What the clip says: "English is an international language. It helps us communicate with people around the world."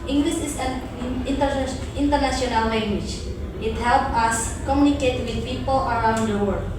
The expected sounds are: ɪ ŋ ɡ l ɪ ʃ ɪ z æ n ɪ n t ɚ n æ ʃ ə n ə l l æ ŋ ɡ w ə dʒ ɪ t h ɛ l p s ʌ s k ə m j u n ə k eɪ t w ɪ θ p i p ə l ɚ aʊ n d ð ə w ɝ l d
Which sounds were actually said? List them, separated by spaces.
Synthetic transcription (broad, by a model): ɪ ŋ ɡ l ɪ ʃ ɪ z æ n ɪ n t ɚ n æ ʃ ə n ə l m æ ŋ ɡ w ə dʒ ɪ t h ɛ l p ʌ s k ə m j u n ə k eɪ t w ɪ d p i p ə l ɚ aʊ n d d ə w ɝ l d